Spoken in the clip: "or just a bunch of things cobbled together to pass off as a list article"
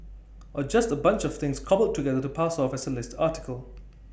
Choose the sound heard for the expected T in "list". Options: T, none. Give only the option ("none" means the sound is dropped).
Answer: T